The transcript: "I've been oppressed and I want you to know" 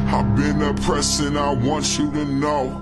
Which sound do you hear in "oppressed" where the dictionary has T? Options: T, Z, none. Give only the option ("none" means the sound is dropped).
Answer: none